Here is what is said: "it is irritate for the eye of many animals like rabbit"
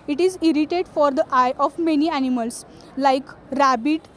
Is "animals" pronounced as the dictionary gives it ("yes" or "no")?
no